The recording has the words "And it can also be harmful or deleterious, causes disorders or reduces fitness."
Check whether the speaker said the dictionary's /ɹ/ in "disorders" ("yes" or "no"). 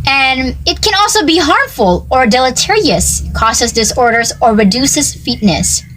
yes